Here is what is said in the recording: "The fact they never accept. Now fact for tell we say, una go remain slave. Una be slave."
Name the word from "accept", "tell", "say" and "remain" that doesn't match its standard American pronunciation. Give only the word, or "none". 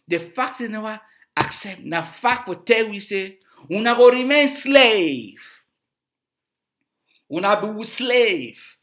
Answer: none